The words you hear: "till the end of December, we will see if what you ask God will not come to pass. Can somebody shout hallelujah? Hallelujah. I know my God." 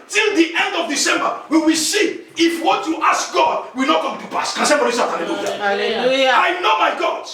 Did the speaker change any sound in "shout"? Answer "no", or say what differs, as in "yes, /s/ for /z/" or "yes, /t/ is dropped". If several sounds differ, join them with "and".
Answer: yes, /s/ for /ʃ/